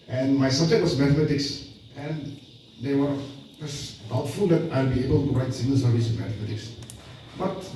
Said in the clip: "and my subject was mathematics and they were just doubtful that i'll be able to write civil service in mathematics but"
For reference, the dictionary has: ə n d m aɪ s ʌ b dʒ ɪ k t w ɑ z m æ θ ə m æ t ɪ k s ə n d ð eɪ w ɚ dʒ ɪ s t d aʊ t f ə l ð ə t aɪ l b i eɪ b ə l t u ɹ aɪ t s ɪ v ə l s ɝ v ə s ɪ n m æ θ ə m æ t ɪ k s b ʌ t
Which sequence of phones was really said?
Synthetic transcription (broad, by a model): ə n m aɪ s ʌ b dʒ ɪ k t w ɑ s m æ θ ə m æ t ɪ k s ə n d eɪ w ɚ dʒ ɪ s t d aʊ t f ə l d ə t aɪ l b i eɪ b ə l t u ɹ aɪ t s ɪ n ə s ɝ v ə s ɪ m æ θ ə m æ t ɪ k s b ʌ t